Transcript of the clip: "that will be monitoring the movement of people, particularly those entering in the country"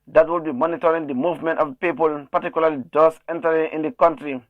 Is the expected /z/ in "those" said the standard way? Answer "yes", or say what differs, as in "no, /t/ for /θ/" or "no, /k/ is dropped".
no, /s/ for /z/